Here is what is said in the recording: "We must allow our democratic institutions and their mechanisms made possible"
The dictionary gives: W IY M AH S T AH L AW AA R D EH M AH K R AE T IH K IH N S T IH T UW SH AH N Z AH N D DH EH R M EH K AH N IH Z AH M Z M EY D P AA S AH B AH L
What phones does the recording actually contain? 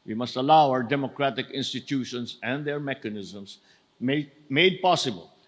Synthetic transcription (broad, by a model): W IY M AH S T AH L AW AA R D EH M AH K R AE T IH K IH N S T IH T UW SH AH N S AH N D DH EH R M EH K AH N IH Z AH M S M EY D P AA S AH B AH L